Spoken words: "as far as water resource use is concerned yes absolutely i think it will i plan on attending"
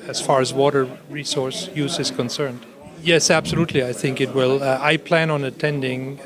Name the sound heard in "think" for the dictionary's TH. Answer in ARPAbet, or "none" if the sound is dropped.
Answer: TH